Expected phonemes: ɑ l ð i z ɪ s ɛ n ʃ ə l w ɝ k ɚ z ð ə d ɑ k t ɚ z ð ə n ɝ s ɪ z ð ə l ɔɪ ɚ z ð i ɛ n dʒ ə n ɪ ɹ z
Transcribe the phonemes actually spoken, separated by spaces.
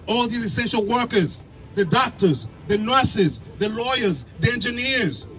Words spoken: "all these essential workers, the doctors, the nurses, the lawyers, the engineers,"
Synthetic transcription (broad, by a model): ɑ l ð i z ɪ s ɛ n ʃ ə l w ɝ k ɚ z ð ə d ɑ k t ɚ z ð ə n ɝ s ɪ z ð ə l ɔɪ ɚ z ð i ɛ n dʒ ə n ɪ ɹ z